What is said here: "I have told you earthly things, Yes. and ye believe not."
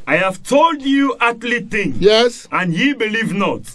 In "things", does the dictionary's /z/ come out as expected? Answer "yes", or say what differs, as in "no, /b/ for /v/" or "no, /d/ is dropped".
no, /z/ is dropped